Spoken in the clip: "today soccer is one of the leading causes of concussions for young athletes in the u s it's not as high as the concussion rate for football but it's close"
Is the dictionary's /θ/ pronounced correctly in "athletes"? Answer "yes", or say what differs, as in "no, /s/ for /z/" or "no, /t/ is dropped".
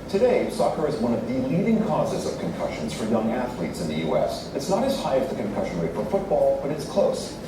yes